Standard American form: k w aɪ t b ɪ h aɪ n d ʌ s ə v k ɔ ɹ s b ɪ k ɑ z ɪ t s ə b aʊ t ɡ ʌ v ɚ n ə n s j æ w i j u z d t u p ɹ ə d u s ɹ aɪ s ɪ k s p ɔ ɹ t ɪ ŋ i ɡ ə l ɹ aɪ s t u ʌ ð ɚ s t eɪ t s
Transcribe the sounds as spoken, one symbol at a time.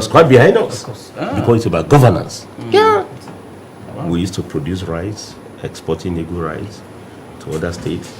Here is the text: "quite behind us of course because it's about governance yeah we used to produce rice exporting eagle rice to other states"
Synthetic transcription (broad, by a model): k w aɪ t b ɪ h aɪ n d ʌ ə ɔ s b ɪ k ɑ ɪ t s ə b aʊ t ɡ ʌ v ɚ n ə n s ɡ w i j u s t u p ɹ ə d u s ɹ aɪ s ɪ k s p ɔ t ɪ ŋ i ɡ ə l ɹ aɪ s t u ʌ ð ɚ s t eɪ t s